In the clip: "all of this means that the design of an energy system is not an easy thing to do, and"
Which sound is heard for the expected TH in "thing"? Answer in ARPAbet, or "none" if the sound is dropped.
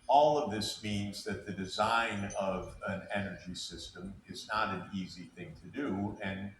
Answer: TH